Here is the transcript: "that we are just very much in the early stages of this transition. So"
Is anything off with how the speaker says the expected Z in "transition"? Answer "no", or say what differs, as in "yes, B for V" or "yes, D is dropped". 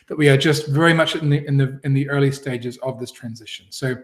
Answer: no